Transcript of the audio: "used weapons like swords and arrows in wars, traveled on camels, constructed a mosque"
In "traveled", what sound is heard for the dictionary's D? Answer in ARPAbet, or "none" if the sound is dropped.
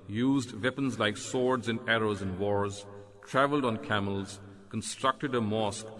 D